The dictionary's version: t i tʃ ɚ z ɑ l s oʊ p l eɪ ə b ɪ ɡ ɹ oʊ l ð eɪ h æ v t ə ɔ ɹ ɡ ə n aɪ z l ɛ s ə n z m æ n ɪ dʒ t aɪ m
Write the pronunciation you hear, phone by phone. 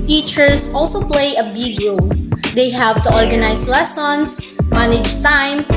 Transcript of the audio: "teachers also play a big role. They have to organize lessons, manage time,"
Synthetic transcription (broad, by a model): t i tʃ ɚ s ɑ l s oʊ p l eɪ ə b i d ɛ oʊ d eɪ h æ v t ə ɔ ɹ ɡ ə n aɪ s l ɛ s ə n s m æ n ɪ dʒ t aɪ m